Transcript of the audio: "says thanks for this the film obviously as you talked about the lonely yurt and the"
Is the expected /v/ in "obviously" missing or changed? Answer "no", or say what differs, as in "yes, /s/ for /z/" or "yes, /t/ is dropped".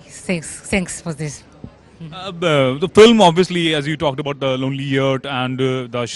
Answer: no